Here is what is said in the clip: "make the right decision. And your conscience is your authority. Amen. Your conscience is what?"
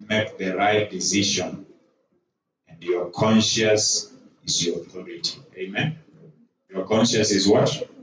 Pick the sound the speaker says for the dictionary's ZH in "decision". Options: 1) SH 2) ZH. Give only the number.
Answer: 1